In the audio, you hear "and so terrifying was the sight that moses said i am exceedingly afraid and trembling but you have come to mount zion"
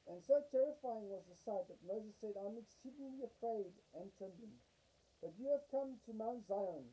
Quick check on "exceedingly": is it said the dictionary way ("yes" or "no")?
no